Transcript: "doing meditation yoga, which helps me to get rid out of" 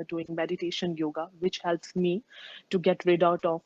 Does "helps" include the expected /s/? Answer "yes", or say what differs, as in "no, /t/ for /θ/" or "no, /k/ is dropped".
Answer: yes